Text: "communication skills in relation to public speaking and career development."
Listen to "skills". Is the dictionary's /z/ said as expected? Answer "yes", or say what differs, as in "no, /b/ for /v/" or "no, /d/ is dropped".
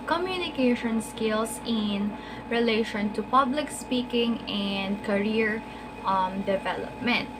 no, /s/ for /z/